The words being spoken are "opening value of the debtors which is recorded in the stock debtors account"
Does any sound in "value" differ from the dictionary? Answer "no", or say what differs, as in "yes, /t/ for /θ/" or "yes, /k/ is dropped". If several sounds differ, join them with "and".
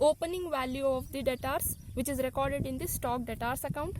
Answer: no